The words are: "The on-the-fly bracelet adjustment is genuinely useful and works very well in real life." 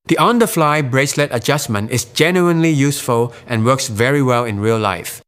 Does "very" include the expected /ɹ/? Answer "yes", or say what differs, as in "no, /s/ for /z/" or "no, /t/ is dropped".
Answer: yes